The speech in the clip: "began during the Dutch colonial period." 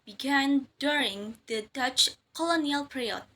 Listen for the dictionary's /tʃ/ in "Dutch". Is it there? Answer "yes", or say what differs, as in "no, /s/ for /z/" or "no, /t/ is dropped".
yes